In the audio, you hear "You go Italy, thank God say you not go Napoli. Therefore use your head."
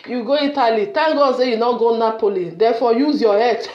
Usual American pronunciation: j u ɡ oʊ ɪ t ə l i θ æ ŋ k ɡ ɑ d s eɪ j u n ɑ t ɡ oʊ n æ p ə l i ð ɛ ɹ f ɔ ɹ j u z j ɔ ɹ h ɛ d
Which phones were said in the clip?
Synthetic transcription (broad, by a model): j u ɡ oʊ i t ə l i t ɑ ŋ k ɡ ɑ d s eɪ j u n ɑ ɡ oʊ n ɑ p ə l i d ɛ f ɔ j u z j ɔ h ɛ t